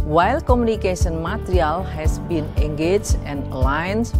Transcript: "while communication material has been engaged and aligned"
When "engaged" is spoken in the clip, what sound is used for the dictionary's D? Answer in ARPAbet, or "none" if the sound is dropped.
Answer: none